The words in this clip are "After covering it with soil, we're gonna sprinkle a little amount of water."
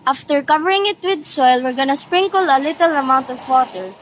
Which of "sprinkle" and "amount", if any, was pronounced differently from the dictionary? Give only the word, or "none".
none